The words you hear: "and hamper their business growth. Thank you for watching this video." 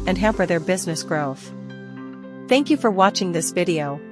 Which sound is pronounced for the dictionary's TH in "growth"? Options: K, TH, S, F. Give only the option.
TH